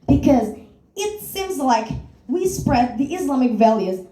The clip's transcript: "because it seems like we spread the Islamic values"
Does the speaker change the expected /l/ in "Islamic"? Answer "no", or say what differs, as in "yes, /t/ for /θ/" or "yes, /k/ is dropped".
no